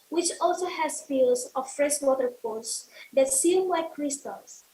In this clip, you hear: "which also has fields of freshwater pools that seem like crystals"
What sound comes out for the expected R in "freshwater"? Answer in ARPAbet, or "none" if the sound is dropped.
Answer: R